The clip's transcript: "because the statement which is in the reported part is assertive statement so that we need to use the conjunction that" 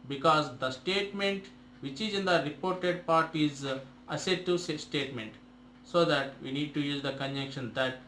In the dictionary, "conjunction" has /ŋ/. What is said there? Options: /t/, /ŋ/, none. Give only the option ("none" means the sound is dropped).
none